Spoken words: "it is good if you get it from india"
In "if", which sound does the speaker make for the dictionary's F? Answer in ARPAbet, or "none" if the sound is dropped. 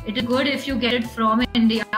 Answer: F